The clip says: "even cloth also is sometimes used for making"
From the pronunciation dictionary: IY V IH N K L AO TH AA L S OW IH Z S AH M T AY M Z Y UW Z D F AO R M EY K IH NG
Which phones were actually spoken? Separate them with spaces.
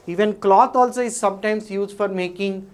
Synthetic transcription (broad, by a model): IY V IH N K L AO T AA L S OW IH Z S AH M T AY M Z Y UW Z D F AO R M EY K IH NG